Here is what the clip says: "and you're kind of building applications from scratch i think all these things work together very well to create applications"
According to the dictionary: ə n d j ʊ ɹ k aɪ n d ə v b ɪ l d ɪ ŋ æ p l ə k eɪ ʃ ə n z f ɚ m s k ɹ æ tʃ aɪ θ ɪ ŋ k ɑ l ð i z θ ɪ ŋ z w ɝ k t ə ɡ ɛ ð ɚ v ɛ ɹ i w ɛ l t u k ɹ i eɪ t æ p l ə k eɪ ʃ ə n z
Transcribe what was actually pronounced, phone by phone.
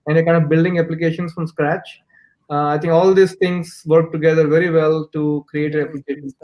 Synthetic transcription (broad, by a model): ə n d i k aɪ n d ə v b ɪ l d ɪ ŋ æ p l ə k eɪ ʃ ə n s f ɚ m s k ɹ æ tʃ aɪ t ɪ ŋ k ɑ l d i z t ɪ ŋ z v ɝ k t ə ɡ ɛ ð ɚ v ɛ ɹ i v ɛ l t u k ɹ i eɪ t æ p l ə k eɪ ʃ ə n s